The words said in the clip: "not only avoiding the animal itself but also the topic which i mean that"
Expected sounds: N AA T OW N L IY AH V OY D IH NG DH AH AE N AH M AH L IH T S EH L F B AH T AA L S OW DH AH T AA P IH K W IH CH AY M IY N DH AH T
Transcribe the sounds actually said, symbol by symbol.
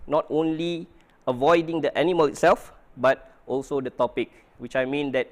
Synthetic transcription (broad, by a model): N AA T OW N L IY AH V OY D IH NG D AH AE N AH M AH L IH T S EH L F B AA T AA L S OW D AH T AA P IH K W IH CH AY M IY N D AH T